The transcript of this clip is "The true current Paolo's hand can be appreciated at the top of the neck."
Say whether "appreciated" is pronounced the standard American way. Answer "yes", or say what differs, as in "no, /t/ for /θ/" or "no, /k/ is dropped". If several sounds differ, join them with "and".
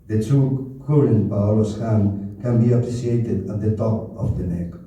no, /s/ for /ʃ/